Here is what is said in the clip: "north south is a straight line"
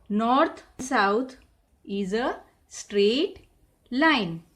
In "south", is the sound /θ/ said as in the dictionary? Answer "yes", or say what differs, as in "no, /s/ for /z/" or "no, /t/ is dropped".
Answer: no, /t/ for /θ/